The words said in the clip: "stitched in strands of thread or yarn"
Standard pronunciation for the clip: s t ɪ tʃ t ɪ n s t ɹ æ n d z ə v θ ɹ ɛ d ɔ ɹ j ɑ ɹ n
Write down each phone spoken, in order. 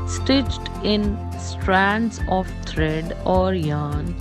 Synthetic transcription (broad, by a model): s t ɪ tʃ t ɪ n s t ɹ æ n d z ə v t ɹ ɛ d ɔ ɹ j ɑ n